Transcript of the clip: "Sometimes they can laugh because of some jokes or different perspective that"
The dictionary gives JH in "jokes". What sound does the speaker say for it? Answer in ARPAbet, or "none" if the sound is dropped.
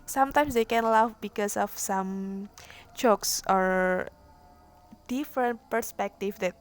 CH